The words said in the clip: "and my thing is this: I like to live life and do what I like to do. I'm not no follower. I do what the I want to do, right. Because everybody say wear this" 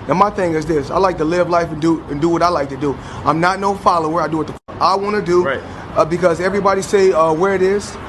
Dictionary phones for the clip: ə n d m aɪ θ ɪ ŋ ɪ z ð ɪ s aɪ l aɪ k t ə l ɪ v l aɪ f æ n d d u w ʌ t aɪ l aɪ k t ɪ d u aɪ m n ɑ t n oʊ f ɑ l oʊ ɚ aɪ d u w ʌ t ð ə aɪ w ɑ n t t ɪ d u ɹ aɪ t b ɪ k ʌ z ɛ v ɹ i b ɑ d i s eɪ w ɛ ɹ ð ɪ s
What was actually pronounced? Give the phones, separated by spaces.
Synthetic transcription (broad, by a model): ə n m aɪ θ ɪ ŋ ɪ z ð ɪ s aɪ l aɪ k t ə l ɪ v l aɪ f n d d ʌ w ʌ t aɪ l aɪ k t ɪ d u aɪ m n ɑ t n oʊ f ɑ l oʊ ɚ aɪ d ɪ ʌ t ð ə aɪ w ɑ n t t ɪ d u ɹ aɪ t b ɪ k ʌ z ɛ v ɹ i b ɑ d i s eɪ w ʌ ɹ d ɪ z